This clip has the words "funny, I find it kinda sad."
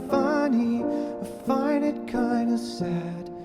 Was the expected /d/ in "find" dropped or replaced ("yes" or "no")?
yes